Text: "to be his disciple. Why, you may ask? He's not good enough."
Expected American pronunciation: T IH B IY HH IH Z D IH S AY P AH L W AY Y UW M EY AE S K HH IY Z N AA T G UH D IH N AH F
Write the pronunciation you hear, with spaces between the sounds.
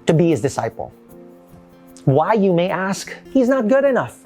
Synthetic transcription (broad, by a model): T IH B IY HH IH Z D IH S AY P L W AY Y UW M EY AE S K HH IY Z N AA T G UH D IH N AH F